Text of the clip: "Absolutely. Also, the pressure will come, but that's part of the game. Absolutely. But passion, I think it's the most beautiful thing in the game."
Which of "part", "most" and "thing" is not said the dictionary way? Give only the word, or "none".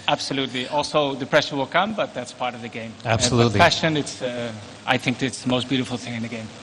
none